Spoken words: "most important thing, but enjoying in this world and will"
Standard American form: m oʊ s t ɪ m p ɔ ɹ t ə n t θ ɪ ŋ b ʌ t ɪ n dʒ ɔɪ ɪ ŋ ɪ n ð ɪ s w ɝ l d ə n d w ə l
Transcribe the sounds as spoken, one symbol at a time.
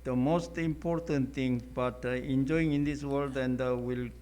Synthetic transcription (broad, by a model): m oʊ s t ɪ m p ɔ ɹ t ə n t t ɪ ŋ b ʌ t ɪ n dʒ ɔɪ ɪ ŋ ɪ n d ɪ s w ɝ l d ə n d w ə l